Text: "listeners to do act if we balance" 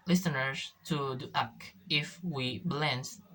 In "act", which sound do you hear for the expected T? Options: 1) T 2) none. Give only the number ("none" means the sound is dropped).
2